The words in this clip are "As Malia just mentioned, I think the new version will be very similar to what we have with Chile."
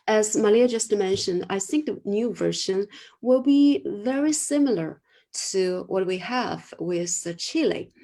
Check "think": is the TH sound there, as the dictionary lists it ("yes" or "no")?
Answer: yes